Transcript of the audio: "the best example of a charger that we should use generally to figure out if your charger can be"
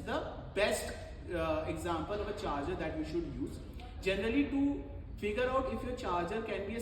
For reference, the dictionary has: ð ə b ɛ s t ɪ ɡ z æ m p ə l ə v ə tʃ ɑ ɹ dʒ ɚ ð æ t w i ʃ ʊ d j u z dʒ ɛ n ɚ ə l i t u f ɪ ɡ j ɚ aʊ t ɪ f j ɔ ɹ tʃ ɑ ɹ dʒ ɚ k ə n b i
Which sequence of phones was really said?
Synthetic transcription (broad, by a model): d ə b ɛ s t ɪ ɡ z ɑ m p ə l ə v ə tʃ ɑ ɹ dʒ ɚ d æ t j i ʃ ʊ d j u z dʒ ɛ n ɚ ə l i t u f ɪ ɡ j ɚ aʊ t ɪ f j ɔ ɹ tʃ ɑ ɹ dʒ ɚ k ə n b i